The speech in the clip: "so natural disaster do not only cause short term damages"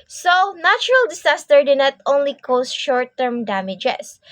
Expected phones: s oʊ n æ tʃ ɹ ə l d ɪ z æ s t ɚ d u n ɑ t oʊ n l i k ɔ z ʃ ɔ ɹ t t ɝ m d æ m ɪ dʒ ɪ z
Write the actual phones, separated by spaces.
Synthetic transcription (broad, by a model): s oʊ n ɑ tʃ ɹ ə l d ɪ s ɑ s t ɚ d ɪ n ɑ t oʊ n l i k ɔ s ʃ ɔ ɹ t t ɝ m d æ m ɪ dʒ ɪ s